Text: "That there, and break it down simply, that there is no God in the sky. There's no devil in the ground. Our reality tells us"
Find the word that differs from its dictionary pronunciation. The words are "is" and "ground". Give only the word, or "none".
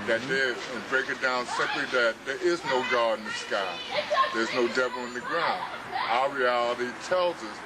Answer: none